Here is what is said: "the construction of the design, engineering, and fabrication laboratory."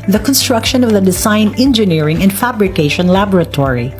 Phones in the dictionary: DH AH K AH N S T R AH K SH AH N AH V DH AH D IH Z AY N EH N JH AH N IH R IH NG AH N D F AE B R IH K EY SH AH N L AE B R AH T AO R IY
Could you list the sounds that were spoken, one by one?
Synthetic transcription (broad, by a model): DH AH K AH N S T R AH K SH AH N AH V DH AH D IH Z AY N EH N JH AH N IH R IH NG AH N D F AE B R IH K EY SH AH N L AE B R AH T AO R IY